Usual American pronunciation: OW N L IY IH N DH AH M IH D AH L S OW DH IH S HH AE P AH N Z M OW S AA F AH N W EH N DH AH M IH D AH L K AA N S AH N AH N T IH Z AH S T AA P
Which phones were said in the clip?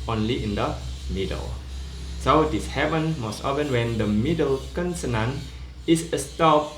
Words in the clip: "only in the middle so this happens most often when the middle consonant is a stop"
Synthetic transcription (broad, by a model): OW N L IY IH N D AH M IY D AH L S OW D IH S HH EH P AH N M OW S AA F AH N W EH N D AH M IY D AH L K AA N S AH N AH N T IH S AH S T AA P